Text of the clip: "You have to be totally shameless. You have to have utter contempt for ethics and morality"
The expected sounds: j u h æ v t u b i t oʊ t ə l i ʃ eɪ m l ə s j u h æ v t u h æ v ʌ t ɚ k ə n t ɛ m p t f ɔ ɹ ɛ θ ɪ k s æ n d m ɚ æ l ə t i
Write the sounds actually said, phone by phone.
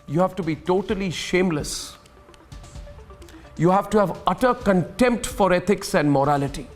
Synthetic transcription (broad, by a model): j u h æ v t u b i t oʊ t ə l i ʃ eɪ m l ə s j u h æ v t u h æ v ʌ t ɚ k ə n t ɛ m p t f ɔ ɹ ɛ t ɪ k s æ n d m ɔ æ l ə t i